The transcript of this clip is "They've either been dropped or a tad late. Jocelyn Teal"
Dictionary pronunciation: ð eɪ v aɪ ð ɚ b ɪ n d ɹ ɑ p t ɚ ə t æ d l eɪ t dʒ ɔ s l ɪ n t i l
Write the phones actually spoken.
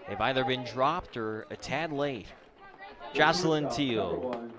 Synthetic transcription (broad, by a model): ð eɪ v aɪ ð ɚ b ɪ n d ɹ ɑ p t ɚ ə t æ d l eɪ t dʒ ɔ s l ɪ n t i l